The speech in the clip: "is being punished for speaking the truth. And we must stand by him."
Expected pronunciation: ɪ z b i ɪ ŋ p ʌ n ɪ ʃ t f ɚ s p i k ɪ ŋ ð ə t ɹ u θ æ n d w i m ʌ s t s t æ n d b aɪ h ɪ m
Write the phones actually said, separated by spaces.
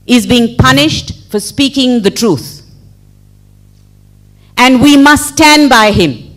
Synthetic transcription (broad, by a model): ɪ z b i ɪ ŋ p ʌ n ɪ ʃ t f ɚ s p i k ɪ ŋ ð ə t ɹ u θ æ n d w i m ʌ s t s t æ n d b aɪ h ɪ m